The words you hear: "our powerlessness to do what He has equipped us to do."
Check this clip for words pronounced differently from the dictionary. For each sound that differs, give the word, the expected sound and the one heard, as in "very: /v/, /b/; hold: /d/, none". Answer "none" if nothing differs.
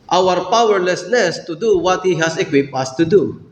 powerlessness: /n/, /l/; has: /z/, /s/